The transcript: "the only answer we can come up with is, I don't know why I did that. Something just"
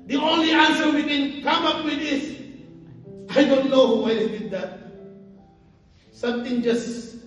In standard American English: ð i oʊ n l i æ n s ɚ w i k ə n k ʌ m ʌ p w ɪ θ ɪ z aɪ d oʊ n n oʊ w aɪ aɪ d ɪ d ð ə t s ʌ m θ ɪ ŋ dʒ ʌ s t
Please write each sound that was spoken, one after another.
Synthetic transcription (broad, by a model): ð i oʊ n l i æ n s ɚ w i k ə n k ʌ m ʌ p w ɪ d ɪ s aɪ d oʊ n n oʊ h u aɪ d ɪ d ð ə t s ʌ m t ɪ ŋ dʒ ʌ s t